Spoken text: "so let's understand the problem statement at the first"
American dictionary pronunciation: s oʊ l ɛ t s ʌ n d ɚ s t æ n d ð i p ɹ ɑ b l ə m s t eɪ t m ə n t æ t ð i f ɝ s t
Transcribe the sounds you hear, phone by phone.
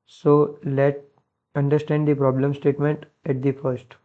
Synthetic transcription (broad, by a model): s oʊ l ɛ t ʌ n d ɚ s t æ n d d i p ɹ ɑ b l ə m s t eɪ t m ə n t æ t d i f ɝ s t